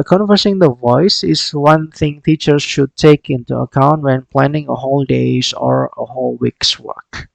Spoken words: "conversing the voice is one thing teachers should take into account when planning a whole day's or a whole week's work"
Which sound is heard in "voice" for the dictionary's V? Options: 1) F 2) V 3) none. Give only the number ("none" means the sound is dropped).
2